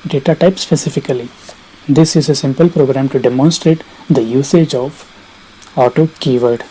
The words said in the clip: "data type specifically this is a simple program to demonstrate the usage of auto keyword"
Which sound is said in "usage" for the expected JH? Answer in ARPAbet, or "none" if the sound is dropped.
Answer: JH